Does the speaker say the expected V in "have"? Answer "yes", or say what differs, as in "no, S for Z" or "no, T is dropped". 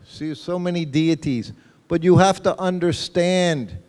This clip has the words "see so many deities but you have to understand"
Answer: no, F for V